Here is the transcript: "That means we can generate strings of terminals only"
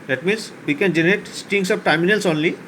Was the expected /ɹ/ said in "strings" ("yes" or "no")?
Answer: no